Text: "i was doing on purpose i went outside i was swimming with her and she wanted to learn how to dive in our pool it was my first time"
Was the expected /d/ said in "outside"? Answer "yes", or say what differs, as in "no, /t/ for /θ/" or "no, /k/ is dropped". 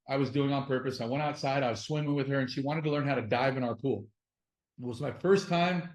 yes